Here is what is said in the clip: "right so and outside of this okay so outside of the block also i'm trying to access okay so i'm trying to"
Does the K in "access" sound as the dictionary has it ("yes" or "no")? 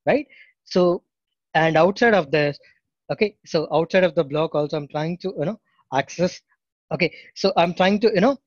yes